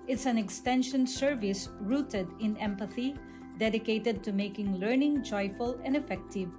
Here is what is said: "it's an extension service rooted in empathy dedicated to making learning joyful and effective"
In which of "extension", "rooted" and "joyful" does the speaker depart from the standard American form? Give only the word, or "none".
none